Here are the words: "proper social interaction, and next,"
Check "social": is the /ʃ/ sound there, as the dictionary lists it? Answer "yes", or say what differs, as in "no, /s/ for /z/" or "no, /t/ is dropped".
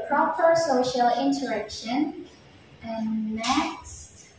yes